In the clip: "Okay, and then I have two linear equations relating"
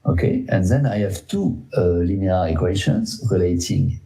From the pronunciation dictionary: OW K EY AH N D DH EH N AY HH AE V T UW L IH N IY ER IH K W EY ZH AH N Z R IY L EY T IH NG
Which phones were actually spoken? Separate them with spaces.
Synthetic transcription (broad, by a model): OW K EY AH N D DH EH N AY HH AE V T UW L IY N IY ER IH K W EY SH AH N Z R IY L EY T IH NG